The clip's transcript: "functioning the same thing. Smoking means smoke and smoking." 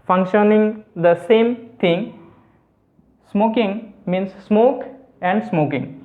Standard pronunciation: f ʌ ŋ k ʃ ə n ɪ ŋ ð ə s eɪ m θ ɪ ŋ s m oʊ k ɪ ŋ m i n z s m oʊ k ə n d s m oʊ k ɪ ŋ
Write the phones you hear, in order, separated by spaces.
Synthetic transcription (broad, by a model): f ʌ ŋ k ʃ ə n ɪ ŋ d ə s eɪ m t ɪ ŋ s m oʊ k ɪ ŋ m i n s m oʊ k ə n d s m oʊ k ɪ ŋ